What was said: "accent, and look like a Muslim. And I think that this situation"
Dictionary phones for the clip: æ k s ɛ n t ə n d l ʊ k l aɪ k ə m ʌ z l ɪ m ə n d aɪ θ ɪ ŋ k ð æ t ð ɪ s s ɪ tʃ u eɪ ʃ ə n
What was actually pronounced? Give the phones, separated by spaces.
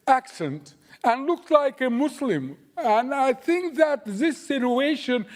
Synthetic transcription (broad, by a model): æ k s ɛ n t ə n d l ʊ k l aɪ k ə m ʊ s l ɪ m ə n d aɪ θ ɪ ŋ k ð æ t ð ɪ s s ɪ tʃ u eɪ ʃ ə n